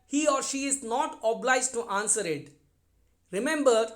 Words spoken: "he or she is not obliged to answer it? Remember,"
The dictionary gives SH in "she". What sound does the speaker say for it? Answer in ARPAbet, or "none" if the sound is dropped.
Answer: SH